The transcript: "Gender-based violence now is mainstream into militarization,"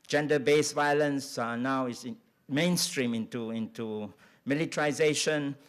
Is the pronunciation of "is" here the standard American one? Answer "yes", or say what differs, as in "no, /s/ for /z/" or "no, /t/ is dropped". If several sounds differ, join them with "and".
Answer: no, /s/ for /z/